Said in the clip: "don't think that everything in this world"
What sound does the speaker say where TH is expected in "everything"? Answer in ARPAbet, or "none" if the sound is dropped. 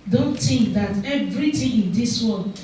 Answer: T